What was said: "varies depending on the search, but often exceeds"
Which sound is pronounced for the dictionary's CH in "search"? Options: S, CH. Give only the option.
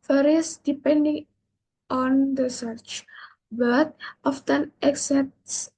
CH